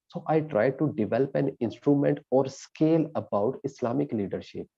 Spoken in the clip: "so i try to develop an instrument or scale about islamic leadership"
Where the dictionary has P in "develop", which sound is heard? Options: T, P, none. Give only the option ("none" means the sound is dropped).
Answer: P